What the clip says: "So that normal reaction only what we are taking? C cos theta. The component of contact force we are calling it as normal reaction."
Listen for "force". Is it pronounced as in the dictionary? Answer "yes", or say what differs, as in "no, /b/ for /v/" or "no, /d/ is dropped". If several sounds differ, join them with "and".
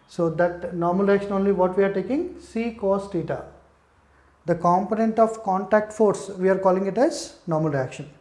yes